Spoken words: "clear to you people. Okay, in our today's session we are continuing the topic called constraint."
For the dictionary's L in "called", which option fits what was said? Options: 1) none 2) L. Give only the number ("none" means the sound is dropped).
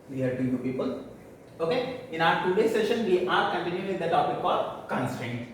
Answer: 1